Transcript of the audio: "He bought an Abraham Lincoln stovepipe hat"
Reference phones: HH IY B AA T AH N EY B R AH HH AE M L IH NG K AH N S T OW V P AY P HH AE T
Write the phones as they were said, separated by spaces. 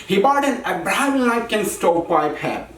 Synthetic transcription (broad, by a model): HH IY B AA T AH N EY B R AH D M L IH K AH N S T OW P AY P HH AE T